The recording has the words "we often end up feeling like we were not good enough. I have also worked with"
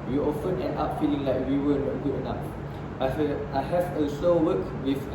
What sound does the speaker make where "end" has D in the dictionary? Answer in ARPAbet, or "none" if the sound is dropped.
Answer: none